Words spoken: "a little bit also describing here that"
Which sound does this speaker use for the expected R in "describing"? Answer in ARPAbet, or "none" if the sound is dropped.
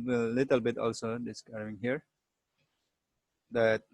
none